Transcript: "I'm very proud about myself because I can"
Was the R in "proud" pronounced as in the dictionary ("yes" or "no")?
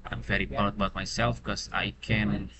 no